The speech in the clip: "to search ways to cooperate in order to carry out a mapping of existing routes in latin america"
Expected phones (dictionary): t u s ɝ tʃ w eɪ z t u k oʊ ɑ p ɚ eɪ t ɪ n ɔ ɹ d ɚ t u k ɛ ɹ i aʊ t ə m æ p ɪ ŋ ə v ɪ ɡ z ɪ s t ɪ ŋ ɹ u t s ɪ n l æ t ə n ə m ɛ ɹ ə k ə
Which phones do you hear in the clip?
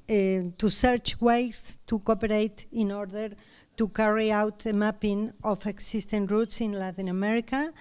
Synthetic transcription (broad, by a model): t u s ɝ tʃ w eɪ s t u k oʊ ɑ p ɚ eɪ t ɪ n ɔ ɹ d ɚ t u k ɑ ɹ i aʊ t ə m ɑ p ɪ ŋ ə f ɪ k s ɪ s t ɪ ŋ ɹ u t s ɪ n l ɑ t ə n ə m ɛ ɹ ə k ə